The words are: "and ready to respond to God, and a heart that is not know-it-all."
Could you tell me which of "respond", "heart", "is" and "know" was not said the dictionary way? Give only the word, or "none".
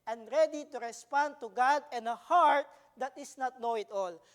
is